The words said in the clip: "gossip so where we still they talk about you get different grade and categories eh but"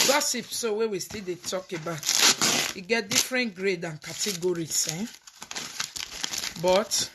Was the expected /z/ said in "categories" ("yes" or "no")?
no